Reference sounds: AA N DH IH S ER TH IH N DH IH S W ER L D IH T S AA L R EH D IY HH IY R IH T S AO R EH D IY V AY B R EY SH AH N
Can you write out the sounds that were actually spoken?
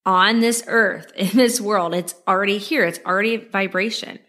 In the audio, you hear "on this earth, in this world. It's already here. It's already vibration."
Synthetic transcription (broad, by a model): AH N DH IH S ER TH IH N DH IH S W ER L D IH T S L R EH D IY HH IY R IH T S R EH D IY V AY B R EY SH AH N